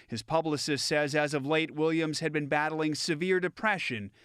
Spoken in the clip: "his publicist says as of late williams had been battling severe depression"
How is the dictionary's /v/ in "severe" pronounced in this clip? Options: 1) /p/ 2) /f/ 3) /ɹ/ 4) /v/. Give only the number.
4